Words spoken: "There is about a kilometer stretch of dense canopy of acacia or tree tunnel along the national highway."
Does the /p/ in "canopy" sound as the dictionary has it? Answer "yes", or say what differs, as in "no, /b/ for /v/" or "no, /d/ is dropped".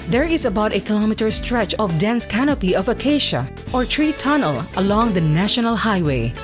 yes